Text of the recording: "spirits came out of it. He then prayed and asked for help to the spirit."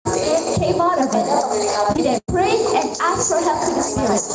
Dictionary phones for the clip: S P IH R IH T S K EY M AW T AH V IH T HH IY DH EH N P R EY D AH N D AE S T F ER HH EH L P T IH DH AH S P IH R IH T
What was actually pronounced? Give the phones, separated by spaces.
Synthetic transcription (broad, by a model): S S K EY M AW T AH V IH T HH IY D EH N P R EY AH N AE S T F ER HH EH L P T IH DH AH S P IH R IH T